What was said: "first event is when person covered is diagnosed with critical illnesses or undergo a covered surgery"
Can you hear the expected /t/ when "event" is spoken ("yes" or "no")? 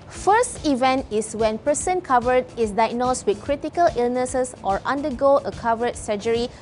yes